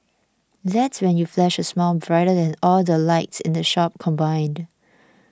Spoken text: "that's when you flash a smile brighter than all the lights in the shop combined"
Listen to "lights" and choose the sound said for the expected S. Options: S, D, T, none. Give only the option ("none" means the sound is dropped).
S